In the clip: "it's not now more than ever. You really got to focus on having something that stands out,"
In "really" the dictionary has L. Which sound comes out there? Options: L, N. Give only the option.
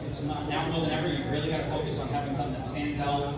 L